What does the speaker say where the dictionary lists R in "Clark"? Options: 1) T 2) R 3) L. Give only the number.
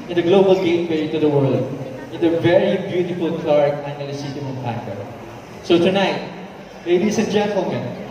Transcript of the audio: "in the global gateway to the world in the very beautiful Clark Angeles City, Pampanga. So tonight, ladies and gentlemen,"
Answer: 2